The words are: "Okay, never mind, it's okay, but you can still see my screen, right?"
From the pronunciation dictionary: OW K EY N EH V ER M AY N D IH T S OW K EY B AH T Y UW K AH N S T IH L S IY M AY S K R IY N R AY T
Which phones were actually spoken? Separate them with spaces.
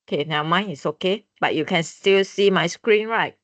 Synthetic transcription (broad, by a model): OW K EY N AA UH M AY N IH T S OW K EY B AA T Y UW K AH N S T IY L S IY M AY S K R IY N R AY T